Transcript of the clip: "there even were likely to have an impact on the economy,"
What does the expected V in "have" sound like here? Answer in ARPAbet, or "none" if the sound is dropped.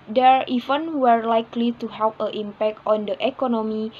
P